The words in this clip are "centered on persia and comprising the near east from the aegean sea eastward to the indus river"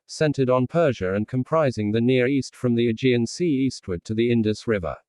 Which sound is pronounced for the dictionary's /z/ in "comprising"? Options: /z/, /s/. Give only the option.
/z/